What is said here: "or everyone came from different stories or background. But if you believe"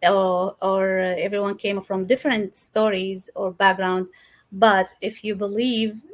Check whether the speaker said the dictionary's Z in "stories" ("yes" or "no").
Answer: yes